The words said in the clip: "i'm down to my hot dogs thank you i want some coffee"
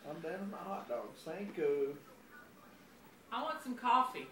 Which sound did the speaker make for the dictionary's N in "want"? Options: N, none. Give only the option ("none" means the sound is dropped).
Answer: N